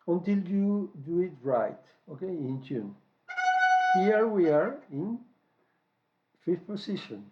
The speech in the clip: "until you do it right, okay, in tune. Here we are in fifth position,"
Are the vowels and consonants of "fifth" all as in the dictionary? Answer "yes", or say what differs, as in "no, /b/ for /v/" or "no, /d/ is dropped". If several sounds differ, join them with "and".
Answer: no, /f/ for /θ/